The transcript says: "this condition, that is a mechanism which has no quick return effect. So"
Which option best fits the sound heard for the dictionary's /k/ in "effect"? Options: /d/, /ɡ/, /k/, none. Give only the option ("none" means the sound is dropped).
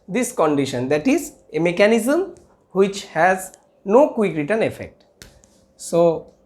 /k/